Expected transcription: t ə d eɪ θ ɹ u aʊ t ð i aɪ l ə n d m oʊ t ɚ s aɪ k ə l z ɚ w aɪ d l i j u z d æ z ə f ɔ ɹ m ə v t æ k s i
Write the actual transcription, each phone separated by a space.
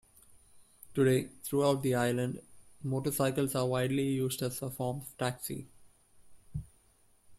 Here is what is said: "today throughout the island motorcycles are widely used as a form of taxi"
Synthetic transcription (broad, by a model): t ə d eɪ t ɹ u aʊ t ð i aɪ l ə n d m oʊ t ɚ s aɪ k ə l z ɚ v aɪ d l i j u z d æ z ə f ɔ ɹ m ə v t æ k s i